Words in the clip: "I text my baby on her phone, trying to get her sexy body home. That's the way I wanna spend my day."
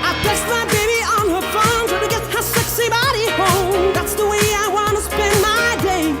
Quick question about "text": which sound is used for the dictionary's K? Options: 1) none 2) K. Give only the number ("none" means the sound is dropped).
1